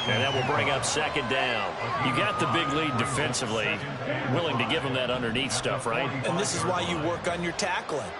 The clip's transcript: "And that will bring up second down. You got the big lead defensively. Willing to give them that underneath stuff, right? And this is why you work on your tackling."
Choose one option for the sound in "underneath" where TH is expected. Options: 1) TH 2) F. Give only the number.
1